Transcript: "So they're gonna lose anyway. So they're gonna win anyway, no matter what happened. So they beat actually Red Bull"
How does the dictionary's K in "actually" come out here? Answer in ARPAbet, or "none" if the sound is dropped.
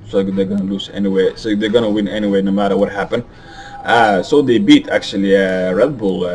K